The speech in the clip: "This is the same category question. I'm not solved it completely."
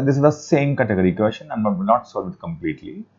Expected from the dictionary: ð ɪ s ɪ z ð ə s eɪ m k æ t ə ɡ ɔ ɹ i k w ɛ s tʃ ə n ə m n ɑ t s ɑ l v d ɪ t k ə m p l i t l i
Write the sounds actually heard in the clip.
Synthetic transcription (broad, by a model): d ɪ s ɪ z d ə s eɪ m k æ t ə ɡ ɔ ɹ i k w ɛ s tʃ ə n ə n n ɑ t s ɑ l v ɪ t k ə m p l i t l i